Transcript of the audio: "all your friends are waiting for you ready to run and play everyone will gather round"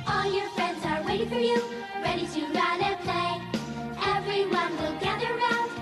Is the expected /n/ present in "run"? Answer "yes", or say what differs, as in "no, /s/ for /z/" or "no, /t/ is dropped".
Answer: no, /n/ is dropped